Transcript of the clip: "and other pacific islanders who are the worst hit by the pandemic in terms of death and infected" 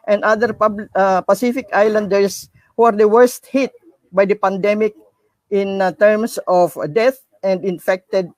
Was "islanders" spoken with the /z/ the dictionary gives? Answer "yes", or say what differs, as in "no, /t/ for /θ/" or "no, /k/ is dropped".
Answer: no, /s/ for /z/